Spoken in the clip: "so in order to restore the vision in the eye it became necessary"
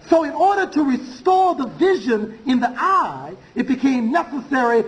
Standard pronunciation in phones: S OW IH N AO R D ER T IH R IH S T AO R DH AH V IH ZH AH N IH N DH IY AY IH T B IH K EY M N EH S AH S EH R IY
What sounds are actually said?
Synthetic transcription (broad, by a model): S OW IH N AO R D ER T IH R IH S T AO R DH AH V IH ZH AH N IH N DH IY AY IH T B IH K EY M N EH S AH S EH R IY